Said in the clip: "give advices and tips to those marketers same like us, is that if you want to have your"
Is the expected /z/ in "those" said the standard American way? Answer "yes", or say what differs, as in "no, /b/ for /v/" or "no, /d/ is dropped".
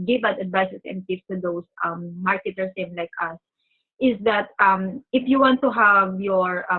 no, /s/ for /z/